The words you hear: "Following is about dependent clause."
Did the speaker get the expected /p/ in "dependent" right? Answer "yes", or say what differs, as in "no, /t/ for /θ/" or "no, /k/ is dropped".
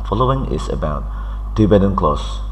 no, /b/ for /p/